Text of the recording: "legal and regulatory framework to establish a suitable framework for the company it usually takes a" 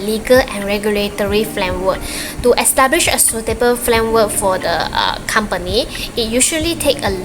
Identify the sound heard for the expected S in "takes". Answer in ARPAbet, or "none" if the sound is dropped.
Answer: none